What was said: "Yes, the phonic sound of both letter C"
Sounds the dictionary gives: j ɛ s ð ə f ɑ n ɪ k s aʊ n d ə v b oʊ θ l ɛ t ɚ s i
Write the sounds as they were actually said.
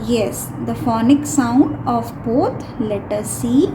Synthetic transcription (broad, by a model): j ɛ s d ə f ɑ n ɪ k s aʊ n d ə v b oʊ t l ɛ t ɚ s i